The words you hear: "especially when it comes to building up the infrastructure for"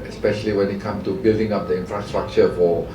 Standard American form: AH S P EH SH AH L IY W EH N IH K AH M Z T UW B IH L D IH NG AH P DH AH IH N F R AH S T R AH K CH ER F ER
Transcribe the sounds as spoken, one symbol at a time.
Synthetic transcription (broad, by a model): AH S P EH SH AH L IY W EH N IH K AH M T UW B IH L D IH NG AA P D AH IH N F R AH S T R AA K CH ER F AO